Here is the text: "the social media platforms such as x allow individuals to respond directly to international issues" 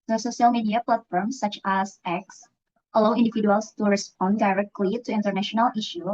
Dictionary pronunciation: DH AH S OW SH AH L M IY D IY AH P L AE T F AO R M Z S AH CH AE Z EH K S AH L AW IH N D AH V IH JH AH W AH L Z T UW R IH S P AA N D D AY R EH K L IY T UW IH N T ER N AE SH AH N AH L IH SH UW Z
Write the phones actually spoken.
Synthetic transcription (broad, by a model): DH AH S OW SH AH L M IY D IY AH P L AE T F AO R M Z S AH CH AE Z EH K S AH L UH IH N D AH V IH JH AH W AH L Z T UW R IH S P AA N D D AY R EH K L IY T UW IH N T ER N AE SH AH N AH L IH SH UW